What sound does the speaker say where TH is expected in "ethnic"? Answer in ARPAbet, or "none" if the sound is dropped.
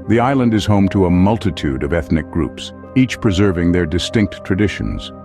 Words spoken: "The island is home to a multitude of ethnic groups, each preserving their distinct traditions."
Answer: TH